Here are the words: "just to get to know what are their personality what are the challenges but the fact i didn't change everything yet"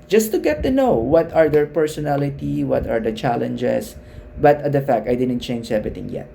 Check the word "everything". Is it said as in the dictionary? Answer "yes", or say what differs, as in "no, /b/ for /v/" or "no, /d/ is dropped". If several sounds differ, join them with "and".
no, /t/ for /θ/